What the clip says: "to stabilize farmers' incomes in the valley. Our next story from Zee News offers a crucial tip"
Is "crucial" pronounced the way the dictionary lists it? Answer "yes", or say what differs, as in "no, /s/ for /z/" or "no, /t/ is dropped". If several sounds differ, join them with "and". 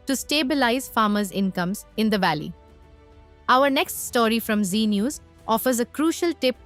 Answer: yes